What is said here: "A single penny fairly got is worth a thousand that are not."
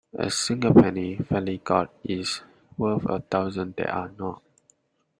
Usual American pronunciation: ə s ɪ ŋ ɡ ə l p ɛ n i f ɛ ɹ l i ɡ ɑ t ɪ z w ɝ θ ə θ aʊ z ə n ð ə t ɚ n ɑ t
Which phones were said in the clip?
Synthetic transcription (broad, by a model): ə s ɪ ŋ ɡ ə p ɛ n i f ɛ l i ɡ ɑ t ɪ s w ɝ f ə t aʊ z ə n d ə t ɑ n ɑ t